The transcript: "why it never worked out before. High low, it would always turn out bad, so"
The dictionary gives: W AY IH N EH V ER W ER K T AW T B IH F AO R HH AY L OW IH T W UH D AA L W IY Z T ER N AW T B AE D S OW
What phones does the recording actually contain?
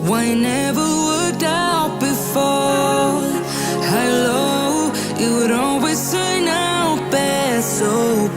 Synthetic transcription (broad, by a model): W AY IH N EH V ER W ER K T AW T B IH F AO HH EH L OW IH T W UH D AA L W IY Z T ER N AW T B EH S OW